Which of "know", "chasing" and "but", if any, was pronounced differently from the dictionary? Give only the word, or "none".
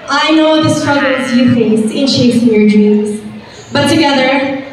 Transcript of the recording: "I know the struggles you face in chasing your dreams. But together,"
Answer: chasing